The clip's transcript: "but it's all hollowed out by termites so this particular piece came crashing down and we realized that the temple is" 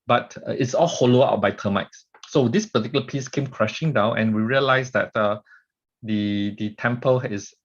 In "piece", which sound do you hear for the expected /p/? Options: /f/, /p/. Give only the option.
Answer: /p/